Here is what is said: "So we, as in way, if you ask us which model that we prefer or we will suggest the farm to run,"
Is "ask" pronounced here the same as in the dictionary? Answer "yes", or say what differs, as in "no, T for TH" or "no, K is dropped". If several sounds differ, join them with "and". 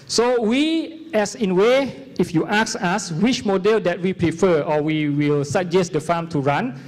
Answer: no, K is dropped